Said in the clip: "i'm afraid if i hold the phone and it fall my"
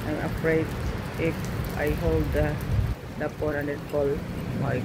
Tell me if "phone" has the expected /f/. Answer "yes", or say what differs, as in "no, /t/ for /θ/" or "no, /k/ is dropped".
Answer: no, /p/ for /f/